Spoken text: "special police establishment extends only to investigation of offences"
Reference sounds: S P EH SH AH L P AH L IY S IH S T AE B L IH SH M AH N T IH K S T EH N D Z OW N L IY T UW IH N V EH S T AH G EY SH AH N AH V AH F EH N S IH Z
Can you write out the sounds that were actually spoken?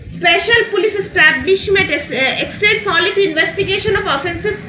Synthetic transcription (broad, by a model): S P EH SH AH L P AH L IY S IH S T AE B L IH SH M AH N T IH K S T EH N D S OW L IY T UW IH N V EH S T AH G EY SH AH N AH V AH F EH N S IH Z